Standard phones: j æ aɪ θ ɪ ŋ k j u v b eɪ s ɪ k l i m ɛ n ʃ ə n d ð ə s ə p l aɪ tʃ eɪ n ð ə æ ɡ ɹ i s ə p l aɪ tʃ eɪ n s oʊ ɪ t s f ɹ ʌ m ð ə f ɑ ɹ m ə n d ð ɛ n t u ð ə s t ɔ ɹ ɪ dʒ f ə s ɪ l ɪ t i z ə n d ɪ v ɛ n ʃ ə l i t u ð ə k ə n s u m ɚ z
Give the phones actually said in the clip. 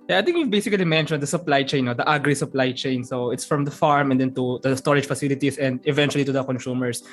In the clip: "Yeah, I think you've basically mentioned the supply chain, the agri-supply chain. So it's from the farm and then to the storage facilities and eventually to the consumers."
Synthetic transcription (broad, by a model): j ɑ aɪ t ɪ ŋ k j u v b eɪ s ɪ k l i m ɛ n ʃ ə n d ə s ə p l aɪ tʃ eɪ n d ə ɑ ɡ ɹ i s ə p l aɪ tʃ eɪ n s oʊ ɪ t s f ɹ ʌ m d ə f ɑ ɹ m ə n d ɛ n t u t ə s t ɔ ɹ ɪ dʒ f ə s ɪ l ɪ t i s ə n d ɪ v ɛ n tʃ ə l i t u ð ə k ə n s u m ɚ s